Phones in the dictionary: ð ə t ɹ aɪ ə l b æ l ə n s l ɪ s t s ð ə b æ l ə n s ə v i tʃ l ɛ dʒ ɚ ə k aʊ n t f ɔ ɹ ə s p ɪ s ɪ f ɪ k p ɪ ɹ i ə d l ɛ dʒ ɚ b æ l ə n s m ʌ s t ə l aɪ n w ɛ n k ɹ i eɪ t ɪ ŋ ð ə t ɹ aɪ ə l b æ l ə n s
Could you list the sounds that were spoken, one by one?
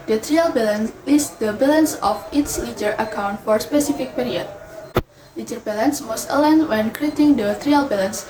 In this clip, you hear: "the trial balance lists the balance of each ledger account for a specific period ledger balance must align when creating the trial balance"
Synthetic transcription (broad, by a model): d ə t ɹ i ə l b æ l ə n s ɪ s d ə b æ l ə n s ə f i s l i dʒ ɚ ə k aʊ n t f ɔ ɹ s p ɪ s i f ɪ k p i ɹ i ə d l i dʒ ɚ b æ l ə n s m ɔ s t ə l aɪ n w ɛ n k ɹ i eɪ t ɪ ŋ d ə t ɹ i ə l b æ l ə n s